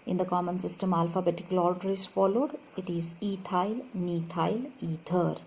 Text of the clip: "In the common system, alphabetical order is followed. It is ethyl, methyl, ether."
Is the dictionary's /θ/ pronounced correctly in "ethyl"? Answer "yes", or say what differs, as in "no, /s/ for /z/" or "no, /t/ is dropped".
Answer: no, /t/ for /θ/